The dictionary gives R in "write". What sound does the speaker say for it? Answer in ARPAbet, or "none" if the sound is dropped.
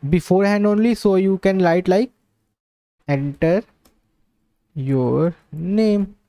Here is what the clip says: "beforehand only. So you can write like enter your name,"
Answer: L